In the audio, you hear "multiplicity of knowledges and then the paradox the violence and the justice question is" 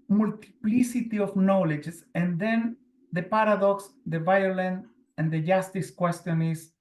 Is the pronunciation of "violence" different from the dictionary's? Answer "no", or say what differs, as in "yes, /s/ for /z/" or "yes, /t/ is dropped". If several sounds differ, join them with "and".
yes, /s/ is dropped